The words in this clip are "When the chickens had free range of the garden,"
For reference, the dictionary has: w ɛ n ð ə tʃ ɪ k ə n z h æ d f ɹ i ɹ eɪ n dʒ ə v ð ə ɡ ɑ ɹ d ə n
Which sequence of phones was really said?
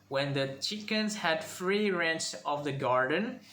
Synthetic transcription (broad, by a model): w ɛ n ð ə tʃ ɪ k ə n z h æ d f ɹ i ɹ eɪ n tʃ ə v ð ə ɡ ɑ ɹ d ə n